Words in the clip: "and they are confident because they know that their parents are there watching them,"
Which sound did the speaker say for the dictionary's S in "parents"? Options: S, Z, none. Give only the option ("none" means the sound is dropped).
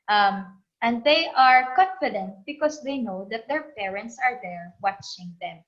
S